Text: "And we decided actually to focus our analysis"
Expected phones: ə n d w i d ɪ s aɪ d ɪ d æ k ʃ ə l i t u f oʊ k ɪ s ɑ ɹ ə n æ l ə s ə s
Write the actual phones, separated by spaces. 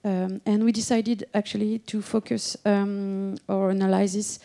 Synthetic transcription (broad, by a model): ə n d w i d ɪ s aɪ d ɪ d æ k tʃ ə l i t u f oʊ k ɪ s ɑ ɹ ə n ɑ l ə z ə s